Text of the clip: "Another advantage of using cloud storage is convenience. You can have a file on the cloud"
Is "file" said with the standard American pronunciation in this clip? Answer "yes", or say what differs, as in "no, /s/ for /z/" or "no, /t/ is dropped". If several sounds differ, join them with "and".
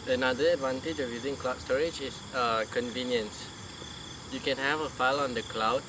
yes